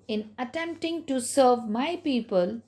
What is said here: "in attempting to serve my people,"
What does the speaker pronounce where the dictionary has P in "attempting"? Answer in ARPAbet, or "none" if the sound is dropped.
P